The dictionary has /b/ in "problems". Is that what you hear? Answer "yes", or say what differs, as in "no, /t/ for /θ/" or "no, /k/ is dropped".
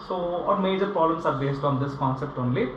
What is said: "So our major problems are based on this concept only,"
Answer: no, /b/ is dropped